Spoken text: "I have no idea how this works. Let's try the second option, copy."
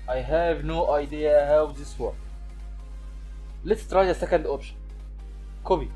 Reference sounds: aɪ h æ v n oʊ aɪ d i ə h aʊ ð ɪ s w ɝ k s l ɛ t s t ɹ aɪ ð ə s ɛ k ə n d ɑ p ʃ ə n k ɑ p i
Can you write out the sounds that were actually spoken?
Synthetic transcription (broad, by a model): aɪ h æ v n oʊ aɪ d i ə h aʊ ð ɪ s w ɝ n l ɛ t s t ɹ aɪ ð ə s ɛ k ə n d ɑ p ʃ ə n k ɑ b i